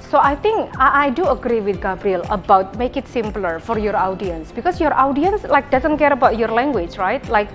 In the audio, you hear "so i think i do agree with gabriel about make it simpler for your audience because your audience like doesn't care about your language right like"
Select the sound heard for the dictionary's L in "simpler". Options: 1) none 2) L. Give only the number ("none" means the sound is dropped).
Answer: 2